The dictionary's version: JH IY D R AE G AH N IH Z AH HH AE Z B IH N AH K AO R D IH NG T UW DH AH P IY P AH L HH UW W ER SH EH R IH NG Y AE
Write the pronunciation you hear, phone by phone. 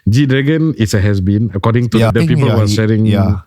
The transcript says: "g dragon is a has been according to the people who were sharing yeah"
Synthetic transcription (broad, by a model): JH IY D R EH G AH N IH S AH HH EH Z B IH N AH K AO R D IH NG T UW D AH P IY P AH L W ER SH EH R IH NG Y